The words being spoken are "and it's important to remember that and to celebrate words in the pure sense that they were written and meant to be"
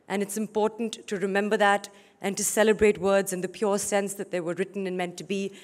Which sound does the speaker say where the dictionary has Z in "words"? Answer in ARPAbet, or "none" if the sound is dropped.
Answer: Z